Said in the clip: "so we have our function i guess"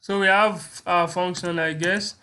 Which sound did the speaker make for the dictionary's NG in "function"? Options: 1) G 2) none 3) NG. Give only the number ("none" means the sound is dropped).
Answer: 3